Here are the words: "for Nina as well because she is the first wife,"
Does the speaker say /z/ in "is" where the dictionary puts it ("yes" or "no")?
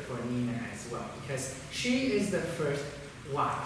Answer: yes